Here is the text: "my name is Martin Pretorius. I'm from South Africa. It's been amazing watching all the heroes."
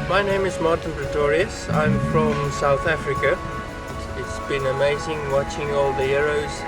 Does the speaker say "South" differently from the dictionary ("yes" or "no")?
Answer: no